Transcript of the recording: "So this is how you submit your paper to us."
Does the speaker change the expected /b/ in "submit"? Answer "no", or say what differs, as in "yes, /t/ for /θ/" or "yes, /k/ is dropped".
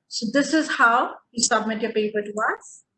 no